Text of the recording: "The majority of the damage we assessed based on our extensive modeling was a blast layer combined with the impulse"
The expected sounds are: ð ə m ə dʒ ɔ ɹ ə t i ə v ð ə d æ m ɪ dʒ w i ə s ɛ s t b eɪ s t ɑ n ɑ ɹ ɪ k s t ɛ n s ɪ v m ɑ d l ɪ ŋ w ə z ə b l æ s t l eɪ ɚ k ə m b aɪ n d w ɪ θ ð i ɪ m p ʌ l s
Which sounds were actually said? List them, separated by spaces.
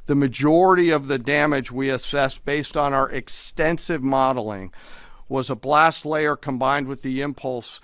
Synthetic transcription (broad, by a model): ð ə m ə dʒ ɔ ɹ ə t i ə v ð ə d æ m ɪ dʒ w i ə s ɛ s b eɪ s t n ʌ ɹ ɪ k s t ɛ n s ɪ v m ɑ d l ɪ ŋ w ə z ə b l æ s t l eɪ ɚ k ə m b aɪ n d w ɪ ð i ɪ m p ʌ l s